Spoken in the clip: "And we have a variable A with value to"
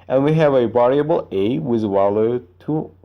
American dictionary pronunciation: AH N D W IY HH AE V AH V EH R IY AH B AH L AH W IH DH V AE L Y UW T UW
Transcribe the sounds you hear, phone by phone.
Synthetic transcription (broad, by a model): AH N W IY HH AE V AH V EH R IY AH B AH L AH W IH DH W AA L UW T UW